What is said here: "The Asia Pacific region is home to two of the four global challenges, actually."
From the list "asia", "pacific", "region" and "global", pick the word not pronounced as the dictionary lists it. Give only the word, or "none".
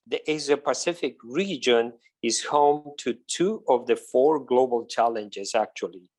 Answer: asia